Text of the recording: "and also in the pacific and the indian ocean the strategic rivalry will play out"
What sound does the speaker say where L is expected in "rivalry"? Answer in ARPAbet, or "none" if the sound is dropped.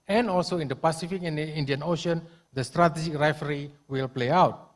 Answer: none